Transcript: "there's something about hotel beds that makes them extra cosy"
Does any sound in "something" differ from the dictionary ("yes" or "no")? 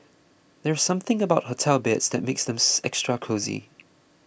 no